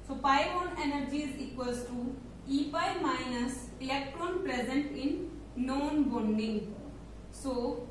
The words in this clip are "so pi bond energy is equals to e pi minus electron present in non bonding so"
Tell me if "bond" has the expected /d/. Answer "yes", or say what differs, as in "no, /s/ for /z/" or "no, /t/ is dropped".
no, /d/ is dropped